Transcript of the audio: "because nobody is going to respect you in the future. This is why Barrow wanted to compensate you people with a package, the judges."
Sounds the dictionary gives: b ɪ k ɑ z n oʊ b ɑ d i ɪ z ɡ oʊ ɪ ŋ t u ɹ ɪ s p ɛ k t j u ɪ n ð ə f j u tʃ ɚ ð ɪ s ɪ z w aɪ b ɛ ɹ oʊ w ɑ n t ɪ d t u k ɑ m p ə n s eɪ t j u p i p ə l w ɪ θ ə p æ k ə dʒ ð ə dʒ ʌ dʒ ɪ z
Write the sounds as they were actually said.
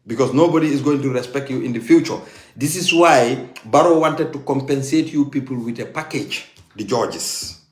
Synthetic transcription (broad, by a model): b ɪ k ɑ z n oʊ b ɑ d i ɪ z ɡ oʊ ɪ ŋ t u ɹ ɪ s p ɛ k t j u ɪ n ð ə f j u tʃ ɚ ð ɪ s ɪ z w aɪ b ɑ ɹ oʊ w ɑ n t ɪ d t u k ɑ m p ə n s eɪ t j u p i p ə l w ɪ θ ə p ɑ k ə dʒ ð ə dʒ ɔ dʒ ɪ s